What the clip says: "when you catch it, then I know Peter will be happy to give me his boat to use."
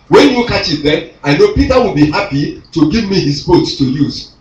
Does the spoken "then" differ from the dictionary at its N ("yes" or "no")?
yes